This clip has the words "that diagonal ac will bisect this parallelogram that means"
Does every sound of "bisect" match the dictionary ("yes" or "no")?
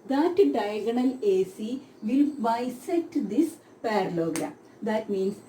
no